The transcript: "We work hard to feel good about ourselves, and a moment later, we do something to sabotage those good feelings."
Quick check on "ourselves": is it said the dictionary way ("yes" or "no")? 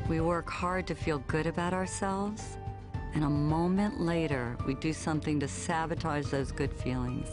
yes